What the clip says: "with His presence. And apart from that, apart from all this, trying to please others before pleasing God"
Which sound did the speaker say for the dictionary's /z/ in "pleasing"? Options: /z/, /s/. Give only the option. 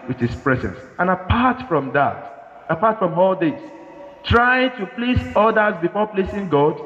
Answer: /s/